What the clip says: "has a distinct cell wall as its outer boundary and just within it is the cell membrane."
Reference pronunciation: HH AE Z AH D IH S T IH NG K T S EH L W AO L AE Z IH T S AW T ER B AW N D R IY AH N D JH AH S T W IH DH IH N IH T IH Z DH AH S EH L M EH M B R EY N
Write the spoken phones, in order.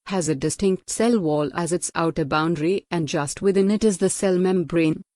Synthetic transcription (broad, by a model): HH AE Z AH D IH S T IH NG K T S EH L W AO L AE Z IH T S AW T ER B AW N D R IY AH N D JH AH S T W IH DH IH N IH T IH Z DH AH S EH L M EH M B R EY N